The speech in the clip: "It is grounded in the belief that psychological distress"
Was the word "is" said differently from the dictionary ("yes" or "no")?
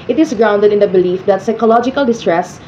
yes